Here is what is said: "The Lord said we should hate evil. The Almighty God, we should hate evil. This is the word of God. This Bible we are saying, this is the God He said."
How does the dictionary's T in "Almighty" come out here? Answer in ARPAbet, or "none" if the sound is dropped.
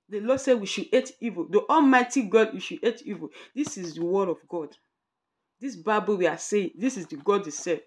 T